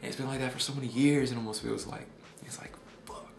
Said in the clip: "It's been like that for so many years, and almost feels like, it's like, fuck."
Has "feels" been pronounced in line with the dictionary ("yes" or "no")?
no